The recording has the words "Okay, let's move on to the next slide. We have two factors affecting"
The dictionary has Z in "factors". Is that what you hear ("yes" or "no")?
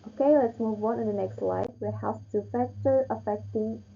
no